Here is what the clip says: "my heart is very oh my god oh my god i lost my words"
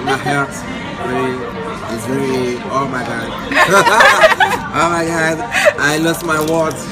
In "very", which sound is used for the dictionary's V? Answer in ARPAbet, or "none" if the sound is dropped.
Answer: W